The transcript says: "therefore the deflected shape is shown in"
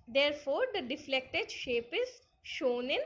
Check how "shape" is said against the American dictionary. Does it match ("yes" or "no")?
yes